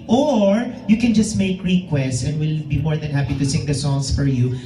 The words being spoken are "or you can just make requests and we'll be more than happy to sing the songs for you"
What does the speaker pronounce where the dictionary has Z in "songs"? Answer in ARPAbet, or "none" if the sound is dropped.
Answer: S